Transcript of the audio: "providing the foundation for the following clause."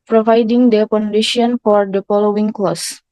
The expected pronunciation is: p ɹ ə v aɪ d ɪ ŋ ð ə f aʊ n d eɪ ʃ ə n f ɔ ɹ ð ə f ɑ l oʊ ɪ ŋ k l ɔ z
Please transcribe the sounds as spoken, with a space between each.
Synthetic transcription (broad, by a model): p ɹ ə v aɪ d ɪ ŋ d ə p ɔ n d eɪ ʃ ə n f ɔ ɹ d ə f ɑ l oʊ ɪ ŋ k l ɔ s